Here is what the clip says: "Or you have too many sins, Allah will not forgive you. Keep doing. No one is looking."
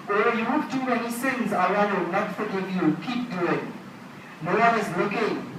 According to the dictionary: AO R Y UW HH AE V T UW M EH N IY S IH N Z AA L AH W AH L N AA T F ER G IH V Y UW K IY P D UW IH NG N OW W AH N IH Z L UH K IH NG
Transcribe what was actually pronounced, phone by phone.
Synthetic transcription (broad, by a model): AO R Y UW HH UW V T UW M EH N IY S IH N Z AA AH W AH N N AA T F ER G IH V Y UW K IY P D UW IH NG N OW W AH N IH Z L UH K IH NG